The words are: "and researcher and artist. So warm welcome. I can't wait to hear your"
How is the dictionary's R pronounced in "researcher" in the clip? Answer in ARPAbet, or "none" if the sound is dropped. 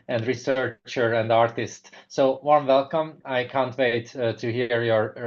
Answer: R